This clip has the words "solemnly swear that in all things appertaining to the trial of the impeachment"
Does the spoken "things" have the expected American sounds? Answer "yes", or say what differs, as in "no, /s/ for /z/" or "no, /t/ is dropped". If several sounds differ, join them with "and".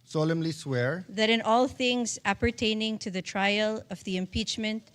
yes